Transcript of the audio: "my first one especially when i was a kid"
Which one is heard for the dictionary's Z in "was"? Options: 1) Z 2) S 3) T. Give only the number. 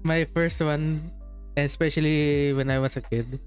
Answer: 2